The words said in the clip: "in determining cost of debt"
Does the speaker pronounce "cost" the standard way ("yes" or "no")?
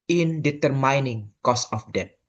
no